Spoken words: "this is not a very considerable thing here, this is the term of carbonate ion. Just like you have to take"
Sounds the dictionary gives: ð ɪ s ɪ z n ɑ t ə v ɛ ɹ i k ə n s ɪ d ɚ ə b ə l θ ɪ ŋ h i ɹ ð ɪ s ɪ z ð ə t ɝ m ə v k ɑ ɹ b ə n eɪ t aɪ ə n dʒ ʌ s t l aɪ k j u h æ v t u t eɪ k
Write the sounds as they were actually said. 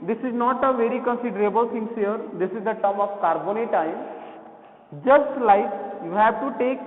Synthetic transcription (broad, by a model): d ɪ s ɪ z n ɑ t ə v ɛ ɹ i k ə n s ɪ d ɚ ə b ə l t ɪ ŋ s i ɹ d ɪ s ɪ z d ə t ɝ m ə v k ɑ ɹ b ə n eɪ t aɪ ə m dʒ ʌ s t l aɪ k j u h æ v t u t eɪ k